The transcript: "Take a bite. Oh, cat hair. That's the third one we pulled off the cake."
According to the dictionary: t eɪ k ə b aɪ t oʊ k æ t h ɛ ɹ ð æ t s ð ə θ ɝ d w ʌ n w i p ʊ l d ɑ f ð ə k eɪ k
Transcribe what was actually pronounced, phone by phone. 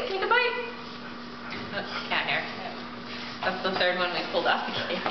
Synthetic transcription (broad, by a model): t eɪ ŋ ə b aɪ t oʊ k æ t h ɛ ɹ ð æ t s ð ə θ ɝ d w ʌ n w i p ʊ l d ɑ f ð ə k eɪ